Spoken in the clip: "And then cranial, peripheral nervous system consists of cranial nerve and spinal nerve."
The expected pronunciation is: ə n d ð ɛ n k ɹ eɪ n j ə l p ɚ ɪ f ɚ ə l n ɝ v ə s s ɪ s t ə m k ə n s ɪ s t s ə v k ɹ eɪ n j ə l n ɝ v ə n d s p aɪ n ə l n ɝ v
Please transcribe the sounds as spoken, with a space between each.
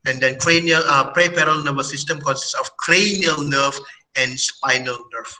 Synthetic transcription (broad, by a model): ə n d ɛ n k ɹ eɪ n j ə l p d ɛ p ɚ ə l n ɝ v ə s s ɪ s t ə m k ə n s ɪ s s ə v k ɹ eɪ n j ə l n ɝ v ə n d s p aɪ n ə l n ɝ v